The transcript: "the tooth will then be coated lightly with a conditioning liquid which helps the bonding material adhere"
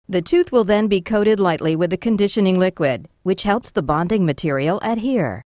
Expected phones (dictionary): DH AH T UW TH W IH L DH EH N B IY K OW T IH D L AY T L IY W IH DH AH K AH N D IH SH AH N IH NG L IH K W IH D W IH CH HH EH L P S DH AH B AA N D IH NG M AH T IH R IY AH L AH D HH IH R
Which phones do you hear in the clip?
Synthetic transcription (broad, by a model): DH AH T UW TH W IH L DH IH N B IY K OW T IH D L AY T L IY W IH DH AH K AH N D IH SH AH N IH NG L IH K W IH D W IH CH HH EH L P S DH AH B AA N D IH NG M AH T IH R IY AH L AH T HH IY R